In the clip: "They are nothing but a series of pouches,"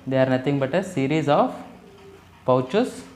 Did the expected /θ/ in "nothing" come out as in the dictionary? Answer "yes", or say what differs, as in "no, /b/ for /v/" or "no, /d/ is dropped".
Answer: no, /t/ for /θ/